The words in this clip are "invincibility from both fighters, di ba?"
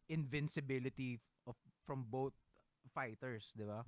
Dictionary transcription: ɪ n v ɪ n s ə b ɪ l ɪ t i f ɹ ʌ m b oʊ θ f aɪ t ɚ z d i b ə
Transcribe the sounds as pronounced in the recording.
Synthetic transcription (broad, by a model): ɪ n v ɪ n s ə b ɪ l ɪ t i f ɹ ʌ m b oʊ t f aɪ t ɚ s d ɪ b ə